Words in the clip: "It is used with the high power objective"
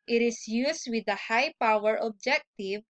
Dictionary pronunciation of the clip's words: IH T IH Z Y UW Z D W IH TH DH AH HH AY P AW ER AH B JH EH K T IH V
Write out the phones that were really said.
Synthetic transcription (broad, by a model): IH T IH S Y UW S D W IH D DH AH HH AY P AW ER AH B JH EH K T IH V